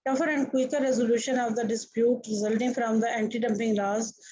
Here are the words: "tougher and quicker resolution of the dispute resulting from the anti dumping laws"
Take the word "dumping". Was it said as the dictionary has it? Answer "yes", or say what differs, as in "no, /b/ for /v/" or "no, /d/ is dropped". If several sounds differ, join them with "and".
yes